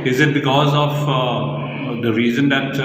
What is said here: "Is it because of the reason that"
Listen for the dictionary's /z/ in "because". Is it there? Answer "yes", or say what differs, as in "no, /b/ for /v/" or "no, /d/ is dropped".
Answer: yes